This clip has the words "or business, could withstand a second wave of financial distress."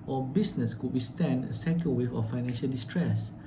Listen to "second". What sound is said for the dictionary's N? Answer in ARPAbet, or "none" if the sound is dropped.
L